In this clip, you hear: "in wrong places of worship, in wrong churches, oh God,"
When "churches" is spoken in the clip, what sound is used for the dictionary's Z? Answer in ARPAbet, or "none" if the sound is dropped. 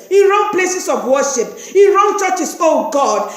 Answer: S